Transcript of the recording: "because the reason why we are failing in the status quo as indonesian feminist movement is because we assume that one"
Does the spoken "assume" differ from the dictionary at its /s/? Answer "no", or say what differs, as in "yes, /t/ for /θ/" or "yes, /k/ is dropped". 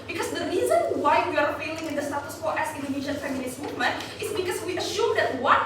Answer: yes, /ʃ/ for /s/